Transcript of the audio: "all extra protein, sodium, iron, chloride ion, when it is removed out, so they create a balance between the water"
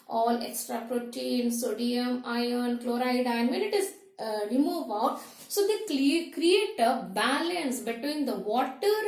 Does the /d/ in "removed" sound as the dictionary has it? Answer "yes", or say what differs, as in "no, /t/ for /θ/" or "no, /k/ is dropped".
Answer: no, /d/ is dropped